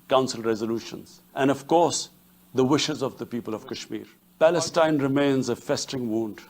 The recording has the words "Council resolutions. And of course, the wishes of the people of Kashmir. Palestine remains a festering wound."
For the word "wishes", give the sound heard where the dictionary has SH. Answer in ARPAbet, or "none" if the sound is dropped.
SH